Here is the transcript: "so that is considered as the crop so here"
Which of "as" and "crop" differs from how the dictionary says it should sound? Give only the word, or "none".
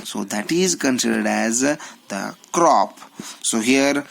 none